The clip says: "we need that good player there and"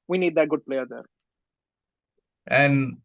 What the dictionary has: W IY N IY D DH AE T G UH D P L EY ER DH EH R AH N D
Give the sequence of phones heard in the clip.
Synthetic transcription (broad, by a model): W IY N IY D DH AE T G UH D P L EY ER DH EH R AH N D